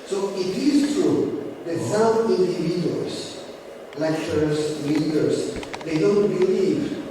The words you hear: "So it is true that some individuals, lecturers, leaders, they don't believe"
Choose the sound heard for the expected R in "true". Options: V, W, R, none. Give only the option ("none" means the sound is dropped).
none